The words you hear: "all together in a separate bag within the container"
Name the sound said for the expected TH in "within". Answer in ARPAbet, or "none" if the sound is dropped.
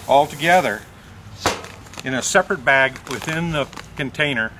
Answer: TH